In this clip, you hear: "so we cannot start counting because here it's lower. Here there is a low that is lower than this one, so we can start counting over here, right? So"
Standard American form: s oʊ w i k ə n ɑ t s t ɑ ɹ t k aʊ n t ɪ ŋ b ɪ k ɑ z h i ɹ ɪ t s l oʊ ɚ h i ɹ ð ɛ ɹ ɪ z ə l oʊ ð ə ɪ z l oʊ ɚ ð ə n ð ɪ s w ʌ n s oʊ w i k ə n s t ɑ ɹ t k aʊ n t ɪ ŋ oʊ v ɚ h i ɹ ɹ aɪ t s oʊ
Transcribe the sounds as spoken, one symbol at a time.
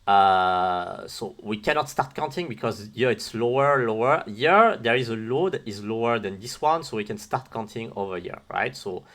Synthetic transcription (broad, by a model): s oʊ w i k ə n ɑ t s t ɑ ɹ t k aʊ n t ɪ ŋ b ɪ k ɑ z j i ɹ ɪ t s l oʊ ɚ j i ɹ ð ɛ ɹ ɪ z ə l oʊ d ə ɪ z l oʊ ɚ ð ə n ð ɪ s w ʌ n s oʊ w i k ə n s t ɑ ɹ t k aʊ n t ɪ ŋ oʊ v ɚ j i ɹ ɹ aɪ t s oʊ